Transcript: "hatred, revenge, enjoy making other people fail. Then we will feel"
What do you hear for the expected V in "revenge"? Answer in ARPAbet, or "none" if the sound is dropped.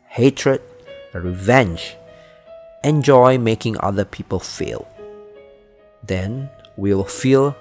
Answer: V